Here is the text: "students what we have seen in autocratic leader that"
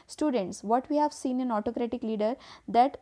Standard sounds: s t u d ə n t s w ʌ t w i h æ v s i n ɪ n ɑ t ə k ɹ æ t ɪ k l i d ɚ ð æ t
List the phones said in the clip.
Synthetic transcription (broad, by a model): s t u d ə n t s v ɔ t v i h æ v s i n ɪ n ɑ t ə k ɹ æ t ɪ k l i d ɚ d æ t